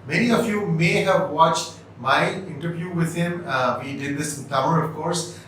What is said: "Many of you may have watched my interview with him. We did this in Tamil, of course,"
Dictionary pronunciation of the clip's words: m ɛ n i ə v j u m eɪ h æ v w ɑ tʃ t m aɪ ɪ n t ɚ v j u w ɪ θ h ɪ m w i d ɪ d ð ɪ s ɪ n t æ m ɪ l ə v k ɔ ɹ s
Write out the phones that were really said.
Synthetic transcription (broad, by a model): m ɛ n i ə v j u m eɪ h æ v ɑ tʃ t m aɪ ɪ n t ɚ v j u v ɪ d h ɪ m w i d ɪ d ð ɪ s ɪ n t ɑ ɪ n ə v k ɔ ɹ s